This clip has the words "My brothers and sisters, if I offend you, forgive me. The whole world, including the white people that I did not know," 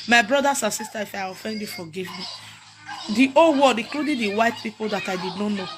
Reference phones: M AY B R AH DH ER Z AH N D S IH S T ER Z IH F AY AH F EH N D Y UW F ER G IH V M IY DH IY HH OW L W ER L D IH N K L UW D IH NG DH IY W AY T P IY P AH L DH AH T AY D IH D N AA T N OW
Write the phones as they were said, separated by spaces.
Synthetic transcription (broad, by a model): M AY B R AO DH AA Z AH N S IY S T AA IH F AY AH F EH N D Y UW F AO G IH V M IY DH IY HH OW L W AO D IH K L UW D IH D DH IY W AY T P IY P AH L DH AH T AY D IH D N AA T N OW